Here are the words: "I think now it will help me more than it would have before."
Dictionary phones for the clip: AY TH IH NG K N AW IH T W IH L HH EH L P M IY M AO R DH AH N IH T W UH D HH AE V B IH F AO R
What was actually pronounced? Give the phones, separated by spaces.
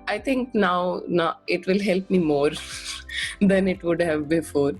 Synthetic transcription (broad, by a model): AY T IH NG K N AW IH T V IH L HH EH L P M IY M AO R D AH N IH T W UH D HH AE V B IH F AO R